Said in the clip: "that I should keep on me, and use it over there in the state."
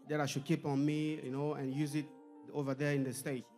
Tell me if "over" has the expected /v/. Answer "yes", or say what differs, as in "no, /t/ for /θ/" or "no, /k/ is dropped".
yes